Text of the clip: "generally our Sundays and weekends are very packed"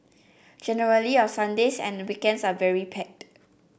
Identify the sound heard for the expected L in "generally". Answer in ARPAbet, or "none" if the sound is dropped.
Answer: L